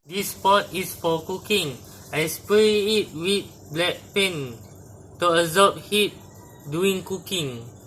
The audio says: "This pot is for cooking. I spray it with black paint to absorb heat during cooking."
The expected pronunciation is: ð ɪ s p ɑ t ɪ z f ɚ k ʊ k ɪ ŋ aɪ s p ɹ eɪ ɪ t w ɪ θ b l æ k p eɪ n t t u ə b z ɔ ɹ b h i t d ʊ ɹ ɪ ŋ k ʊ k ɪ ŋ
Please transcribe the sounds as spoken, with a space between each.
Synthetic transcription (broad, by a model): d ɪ s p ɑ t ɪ s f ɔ k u k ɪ ŋ aɪ s p ɹ eɪ ɪ t w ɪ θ b l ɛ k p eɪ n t t u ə z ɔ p h i t d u ɪ ŋ k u k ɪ ŋ